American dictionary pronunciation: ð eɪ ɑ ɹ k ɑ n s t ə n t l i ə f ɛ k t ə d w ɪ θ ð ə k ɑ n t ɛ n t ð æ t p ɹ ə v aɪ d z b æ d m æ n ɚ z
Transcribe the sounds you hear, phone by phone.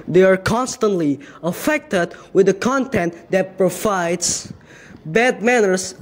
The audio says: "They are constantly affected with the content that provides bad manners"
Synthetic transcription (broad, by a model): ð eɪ ɑ ɹ k ɑ n s t ə n t l i ə f ɛ k t ə d w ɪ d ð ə k ɑ n t ɛ n t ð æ t p ɹ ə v aɪ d s b æ d m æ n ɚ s